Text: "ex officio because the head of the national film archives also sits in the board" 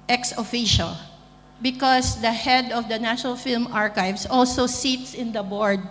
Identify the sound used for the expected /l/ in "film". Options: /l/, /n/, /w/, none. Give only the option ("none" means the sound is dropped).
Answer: /l/